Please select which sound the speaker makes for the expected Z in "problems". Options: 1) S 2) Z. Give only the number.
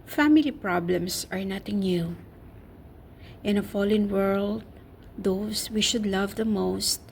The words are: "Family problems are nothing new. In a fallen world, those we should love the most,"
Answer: 1